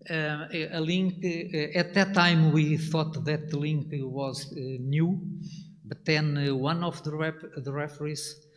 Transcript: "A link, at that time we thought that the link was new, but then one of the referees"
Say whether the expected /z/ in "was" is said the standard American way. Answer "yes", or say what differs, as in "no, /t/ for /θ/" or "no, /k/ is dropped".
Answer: yes